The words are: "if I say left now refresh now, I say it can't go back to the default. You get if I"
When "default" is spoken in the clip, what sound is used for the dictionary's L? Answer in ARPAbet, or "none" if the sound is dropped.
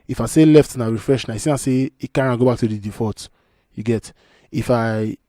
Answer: none